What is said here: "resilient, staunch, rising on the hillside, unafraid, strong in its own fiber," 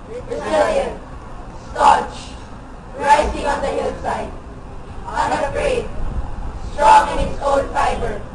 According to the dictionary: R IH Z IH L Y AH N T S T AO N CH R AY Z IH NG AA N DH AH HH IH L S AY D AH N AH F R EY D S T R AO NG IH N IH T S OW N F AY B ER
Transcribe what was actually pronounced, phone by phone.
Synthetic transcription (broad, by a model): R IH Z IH L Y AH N S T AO CH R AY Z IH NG AA N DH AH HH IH L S AY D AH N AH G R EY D S T R AO NG IH N IH T S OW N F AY B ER